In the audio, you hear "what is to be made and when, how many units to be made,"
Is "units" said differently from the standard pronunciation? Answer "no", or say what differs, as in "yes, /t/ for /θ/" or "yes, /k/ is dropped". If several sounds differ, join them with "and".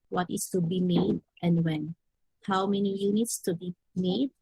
no